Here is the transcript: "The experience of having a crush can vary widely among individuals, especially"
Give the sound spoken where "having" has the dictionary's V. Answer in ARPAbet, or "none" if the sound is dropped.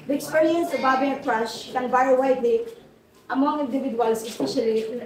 B